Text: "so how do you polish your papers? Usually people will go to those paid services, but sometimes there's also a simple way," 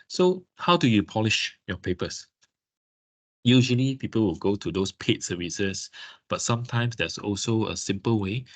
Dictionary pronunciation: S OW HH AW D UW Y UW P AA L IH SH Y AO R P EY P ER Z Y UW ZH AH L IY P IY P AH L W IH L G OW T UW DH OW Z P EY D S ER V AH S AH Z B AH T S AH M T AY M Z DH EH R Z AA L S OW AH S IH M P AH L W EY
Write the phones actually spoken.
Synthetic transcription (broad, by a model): S OW HH AW D UW Y UW P AA L IH SH Y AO P EY P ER S Y UW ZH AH L IY P IY P AH L W IH L G OW T UW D OW S P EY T S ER V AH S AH S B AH T S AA M T AY M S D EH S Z AA L S OW AH S IH M P AH L W EY